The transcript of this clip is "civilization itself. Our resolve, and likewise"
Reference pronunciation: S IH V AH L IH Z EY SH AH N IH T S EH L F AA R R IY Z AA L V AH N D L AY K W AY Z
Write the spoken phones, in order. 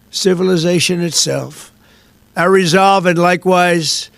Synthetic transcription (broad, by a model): S IH V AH L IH Z EY SH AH N IH T S EH L F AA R R IY Z AA L V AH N L AY K W AY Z